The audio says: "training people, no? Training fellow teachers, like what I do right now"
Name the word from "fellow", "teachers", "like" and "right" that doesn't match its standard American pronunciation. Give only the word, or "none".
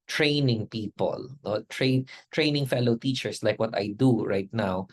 teachers